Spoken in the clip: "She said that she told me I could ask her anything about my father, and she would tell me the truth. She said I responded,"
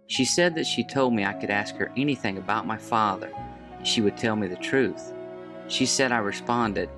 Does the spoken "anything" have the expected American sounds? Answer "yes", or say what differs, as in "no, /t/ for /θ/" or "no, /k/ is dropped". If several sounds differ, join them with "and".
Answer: yes